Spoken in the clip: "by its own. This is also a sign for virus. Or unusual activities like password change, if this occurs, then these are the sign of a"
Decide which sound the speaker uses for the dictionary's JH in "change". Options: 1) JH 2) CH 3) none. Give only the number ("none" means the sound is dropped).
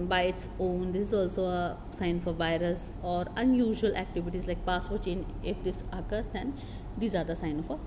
3